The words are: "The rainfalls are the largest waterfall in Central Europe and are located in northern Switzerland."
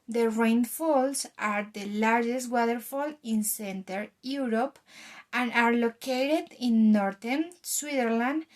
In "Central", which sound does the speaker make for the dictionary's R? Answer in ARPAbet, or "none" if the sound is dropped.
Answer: none